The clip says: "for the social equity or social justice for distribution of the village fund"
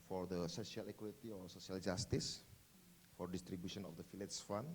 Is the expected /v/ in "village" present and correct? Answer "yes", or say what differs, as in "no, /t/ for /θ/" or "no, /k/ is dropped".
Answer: no, /f/ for /v/